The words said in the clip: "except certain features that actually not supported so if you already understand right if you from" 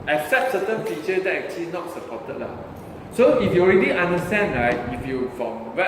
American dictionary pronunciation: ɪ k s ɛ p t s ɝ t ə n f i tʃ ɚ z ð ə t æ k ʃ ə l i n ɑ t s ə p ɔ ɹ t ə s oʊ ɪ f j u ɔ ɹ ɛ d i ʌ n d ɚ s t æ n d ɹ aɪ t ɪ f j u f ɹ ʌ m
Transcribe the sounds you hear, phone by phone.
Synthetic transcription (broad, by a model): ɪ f s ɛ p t s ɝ t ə n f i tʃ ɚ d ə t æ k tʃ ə l i n ɑ t s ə p ɔ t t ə s oʊ ɪ f j u ɔ ɹ ɛ d i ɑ n d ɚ s t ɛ n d ɹ aɪ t ɪ f j u f ɹ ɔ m